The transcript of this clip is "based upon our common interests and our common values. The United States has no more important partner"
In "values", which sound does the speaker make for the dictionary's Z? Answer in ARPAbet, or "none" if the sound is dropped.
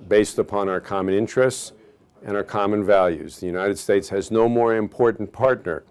Z